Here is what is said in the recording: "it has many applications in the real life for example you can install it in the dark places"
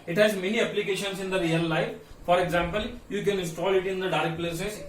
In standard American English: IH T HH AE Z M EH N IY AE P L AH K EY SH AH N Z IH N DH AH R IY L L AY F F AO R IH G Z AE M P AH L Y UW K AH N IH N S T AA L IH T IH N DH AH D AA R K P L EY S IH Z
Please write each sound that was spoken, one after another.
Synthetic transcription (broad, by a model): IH T HH AE Z M EH N IY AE P L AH K EY SH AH N S IH N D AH R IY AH L AY F F AO R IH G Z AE M P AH L Y UW K AH N IH N S T AA L IH T IH N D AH D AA R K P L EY S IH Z